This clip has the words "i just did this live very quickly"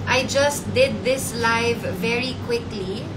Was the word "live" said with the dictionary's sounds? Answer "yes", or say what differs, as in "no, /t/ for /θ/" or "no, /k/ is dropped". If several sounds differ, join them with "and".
yes